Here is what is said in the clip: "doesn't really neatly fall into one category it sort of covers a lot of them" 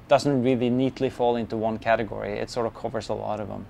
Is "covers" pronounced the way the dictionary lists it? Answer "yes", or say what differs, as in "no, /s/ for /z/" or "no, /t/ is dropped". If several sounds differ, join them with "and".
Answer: yes